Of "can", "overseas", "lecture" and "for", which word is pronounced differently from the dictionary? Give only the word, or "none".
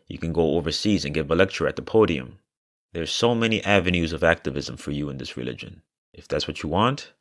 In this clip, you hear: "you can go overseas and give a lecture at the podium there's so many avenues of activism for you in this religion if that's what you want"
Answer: none